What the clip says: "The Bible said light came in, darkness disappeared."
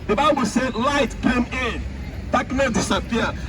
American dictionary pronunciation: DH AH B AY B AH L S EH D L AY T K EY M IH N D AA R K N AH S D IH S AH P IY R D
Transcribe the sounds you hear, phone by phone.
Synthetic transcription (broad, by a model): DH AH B AY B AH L S EH D L AY T K EY M IH N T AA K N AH D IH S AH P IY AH